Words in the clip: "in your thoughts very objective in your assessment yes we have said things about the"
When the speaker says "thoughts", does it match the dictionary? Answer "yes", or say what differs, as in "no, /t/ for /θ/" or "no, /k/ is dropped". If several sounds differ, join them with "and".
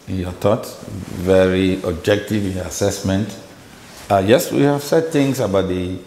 no, /s/ is dropped